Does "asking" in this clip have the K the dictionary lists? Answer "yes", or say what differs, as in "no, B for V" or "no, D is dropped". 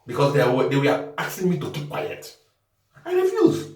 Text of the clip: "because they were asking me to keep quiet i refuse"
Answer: no, K is dropped